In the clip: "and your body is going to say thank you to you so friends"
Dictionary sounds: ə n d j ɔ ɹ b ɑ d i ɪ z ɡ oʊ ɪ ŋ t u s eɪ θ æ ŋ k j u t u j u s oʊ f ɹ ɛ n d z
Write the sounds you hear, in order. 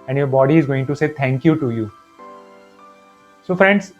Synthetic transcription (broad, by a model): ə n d j ɔ ɹ b ɑ d i ɪ z ɡ oʊ ɪ ŋ t u s eɪ t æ ŋ k j u t u j u s oʊ f ɹ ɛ n d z